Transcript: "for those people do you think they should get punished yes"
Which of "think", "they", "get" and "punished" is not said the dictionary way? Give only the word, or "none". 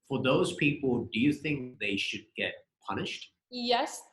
none